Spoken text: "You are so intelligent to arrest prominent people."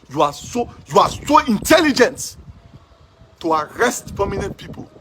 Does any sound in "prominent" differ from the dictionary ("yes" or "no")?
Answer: yes